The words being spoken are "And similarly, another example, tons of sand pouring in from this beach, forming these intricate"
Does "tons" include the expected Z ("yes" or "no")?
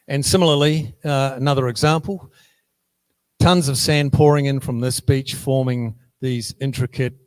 yes